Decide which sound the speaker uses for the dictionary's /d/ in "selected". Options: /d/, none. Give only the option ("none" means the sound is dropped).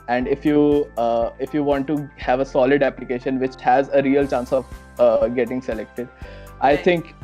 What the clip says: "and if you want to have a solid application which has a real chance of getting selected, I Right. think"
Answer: /d/